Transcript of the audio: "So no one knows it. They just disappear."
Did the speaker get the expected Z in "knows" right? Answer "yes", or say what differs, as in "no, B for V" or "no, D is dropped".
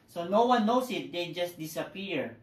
no, S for Z